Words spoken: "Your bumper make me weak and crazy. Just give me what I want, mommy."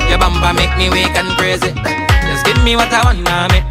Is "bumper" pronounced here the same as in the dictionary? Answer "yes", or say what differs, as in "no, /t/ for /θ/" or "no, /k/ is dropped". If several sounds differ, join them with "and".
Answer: no, /b/ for /p/